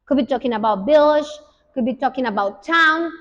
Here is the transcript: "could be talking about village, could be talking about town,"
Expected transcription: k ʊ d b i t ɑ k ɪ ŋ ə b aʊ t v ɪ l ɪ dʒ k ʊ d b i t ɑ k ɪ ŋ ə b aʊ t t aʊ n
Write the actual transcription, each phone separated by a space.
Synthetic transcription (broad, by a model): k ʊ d b i t ɑ k ɪ ŋ ə b aʊ t b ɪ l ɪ ʃ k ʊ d b i t ɑ k ɪ ŋ ə b aʊ t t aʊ n